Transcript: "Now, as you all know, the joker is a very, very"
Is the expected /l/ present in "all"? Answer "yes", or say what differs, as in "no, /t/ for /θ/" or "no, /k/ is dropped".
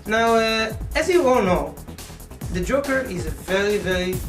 no, /n/ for /l/